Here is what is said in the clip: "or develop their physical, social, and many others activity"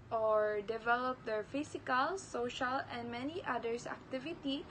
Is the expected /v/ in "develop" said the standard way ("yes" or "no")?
yes